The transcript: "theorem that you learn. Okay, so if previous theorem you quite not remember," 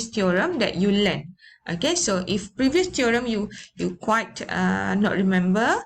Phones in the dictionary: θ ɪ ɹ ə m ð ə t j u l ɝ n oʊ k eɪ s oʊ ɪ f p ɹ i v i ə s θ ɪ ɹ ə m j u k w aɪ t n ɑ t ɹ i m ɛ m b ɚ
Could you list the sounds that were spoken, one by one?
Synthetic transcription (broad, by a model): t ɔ ɹ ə m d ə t j u l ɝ n oʊ k eɪ s oʊ ɪ f p ɹ i v i ə s t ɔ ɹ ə m j u k w aɪ t n ɑ t ɹ i m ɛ m b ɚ